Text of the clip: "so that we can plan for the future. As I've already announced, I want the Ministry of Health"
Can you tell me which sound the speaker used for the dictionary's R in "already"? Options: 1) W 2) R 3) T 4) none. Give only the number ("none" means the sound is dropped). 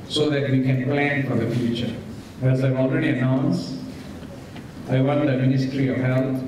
2